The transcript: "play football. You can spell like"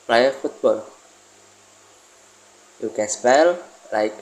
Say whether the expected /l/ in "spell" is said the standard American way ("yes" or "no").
yes